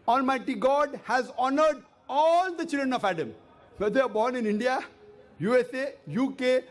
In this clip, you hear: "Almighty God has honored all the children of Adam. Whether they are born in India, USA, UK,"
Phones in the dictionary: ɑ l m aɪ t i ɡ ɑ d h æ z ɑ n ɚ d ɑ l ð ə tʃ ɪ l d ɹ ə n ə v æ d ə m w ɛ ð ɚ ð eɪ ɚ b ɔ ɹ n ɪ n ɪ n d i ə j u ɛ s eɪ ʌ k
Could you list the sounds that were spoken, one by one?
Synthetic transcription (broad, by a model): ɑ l m aɪ t i ɡ ɑ d h æ z ɑ n ɚ d ɑ l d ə tʃ ɪ l d ɹ ə n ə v æ d ə m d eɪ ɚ b ɔ ɹ n ɪ n ɪ n d i ə j u ɛ s eɪ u k